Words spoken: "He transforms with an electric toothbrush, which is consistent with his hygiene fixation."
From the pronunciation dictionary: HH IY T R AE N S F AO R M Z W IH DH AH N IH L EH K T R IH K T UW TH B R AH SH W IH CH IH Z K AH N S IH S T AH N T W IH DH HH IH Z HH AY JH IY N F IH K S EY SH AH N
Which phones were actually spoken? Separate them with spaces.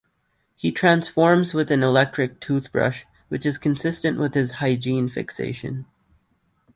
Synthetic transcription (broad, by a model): HH IY T R AE N S F AO R M Z W IH DH AH N IH L EH K T R IH K T UW TH B R AH SH W IH CH IH Z K AH N S IH S T AH N T W IH DH IH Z HH AY JH IY N F IH K S EY SH AH N